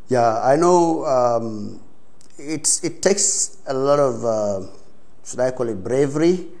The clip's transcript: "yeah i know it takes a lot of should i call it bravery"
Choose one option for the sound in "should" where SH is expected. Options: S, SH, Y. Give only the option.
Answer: S